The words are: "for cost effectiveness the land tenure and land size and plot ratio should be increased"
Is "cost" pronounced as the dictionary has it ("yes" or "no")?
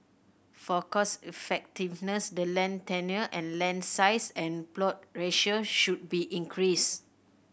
no